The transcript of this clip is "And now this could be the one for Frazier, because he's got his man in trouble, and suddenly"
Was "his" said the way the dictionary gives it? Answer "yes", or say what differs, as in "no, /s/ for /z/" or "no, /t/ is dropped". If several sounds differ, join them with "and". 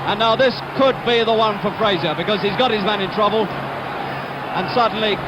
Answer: yes